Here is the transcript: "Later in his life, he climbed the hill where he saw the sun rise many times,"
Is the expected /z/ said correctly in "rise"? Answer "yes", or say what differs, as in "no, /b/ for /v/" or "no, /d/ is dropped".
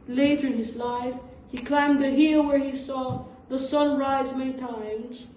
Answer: yes